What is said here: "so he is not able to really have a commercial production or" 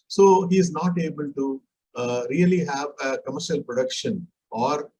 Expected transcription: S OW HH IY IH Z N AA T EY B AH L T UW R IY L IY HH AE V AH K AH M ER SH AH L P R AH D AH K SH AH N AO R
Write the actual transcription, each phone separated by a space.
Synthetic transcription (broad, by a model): S OW HH IY IH Z N AA T EY B AH L T UW R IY L IY HH AE V AH K AH M ER SH AH L P R AH D AH K SH AH N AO R